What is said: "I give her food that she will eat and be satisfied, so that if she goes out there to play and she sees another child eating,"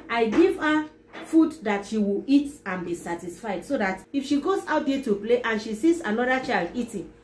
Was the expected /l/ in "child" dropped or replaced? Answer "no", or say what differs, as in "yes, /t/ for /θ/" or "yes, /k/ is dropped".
no